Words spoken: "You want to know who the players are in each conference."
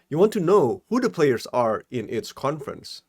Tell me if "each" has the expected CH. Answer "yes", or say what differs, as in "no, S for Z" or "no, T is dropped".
no, S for CH